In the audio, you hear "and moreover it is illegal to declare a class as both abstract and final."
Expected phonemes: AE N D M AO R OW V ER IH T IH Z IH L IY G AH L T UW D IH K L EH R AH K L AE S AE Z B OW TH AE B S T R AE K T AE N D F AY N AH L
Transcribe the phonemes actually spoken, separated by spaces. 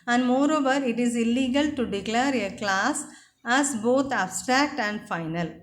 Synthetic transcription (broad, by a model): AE N D M AO R OW V ER IH T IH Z IH L IY G AH L T UW D IH K L EH R AH K L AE S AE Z B OW T AE B S T R AE K T AE N D F AY N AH L